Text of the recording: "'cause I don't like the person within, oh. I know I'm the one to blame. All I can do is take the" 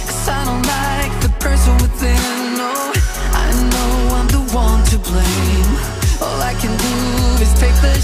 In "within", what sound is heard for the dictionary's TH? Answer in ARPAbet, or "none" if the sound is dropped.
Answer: S